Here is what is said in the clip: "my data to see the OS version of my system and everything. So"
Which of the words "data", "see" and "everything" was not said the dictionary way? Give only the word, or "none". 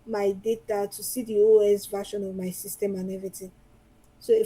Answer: everything